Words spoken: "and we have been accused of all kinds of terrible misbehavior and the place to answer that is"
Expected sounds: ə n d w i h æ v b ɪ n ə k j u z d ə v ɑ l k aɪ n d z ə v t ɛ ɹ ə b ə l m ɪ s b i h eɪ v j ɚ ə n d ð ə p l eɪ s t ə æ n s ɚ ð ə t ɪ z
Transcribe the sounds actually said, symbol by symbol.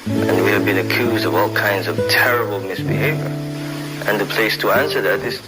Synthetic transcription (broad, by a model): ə n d w i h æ v b ɪ n ə k j u z d ə v ɑ l k aɪ n d z ə v t ɛ ɹ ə b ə l m ɪ s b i h eɪ v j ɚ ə n ð ə p l eɪ s t ə æ n s ɚ ð ə t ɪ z